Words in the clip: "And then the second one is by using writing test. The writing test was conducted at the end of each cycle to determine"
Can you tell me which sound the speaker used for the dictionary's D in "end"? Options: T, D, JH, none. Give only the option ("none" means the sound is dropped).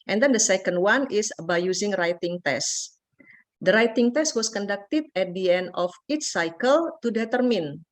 D